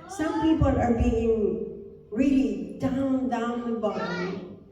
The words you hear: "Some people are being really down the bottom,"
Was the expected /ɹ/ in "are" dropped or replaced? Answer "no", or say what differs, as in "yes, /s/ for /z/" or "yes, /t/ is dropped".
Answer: no